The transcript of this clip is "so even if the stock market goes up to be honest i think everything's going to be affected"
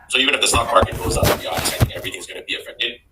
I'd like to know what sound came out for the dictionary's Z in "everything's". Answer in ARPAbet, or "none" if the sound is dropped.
Z